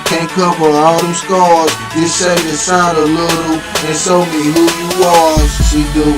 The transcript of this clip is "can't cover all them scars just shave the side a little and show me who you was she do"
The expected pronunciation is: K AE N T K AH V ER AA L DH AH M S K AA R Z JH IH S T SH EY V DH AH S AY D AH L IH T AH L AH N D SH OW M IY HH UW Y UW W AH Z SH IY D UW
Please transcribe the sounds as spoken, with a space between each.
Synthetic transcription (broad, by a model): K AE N K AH P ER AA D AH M S K AA R Z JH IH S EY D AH S AY D AH L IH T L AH N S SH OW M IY HH UW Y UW W AH Z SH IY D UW